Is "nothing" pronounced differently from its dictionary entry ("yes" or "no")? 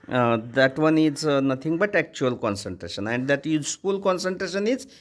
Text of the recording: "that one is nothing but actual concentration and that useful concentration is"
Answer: yes